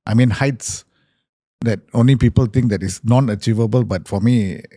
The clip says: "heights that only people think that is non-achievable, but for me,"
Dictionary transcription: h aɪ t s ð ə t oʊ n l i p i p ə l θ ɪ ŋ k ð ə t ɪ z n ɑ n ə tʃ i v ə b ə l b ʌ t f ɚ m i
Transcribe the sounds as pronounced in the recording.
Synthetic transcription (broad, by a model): h aɪ t s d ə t oʊ n l i p i p ə l t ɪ ŋ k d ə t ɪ s n ɑ n ə tʃ i v ə b ə l b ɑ t f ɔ m i